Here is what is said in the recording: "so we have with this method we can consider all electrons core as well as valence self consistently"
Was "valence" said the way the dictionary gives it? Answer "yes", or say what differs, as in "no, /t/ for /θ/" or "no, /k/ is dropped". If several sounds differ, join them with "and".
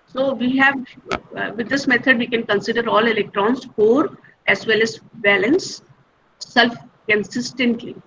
no, /b/ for /v/